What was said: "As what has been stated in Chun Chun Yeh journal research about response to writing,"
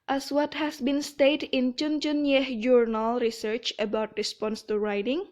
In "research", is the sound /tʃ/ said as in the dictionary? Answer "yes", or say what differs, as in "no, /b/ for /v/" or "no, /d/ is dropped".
yes